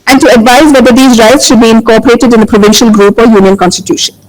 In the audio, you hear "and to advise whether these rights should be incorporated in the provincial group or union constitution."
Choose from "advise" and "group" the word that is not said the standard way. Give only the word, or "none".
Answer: none